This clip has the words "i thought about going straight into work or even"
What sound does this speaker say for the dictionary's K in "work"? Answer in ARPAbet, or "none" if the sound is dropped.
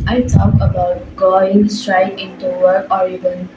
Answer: none